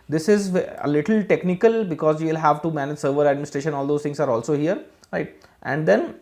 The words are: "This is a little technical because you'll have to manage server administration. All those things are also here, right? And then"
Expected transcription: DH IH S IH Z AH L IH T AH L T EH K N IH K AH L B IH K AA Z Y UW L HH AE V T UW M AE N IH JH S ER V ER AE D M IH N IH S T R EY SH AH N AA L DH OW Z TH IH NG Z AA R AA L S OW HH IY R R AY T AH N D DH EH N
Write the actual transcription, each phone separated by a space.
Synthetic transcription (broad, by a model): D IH S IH Z AH L IH T AH L T EH K N IH K AH L B IH K AA Z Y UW L HH AE V T UW M AE N IH JH S ER V ER AE D M IH N IH S T R EY SH AH N AA L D OW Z T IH NG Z AA R AA L S OW HH IY R R AY T AH N D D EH N